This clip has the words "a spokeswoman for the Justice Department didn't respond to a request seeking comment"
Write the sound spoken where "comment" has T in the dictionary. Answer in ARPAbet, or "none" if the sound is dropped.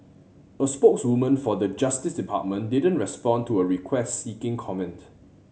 T